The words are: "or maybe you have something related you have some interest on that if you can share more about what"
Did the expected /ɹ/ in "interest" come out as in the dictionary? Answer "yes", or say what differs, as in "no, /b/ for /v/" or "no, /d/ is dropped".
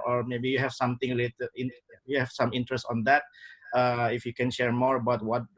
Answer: yes